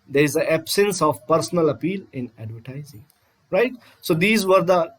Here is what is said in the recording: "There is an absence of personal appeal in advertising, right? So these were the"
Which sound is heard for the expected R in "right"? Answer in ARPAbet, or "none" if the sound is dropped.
R